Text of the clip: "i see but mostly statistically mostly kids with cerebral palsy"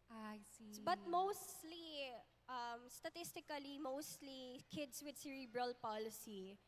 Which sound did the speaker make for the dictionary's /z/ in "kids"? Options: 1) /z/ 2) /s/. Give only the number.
2